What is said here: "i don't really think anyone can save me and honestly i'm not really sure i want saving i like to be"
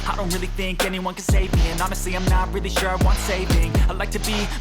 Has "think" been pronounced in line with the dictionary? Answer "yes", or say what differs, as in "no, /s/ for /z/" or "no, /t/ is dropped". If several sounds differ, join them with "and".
yes